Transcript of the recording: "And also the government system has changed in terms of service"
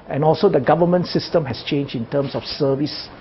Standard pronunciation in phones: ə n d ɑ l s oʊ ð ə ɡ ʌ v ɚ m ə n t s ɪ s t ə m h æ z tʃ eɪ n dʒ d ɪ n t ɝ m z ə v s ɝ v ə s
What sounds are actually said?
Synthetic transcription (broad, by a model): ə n ɑ l s oʊ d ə ɡ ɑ v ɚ m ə n t s ɪ s t ə m h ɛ s tʃ eɪ n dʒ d ɪ n t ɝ m s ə f s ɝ v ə s